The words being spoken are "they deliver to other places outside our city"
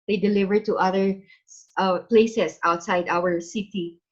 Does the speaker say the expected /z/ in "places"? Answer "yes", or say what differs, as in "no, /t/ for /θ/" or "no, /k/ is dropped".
no, /s/ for /z/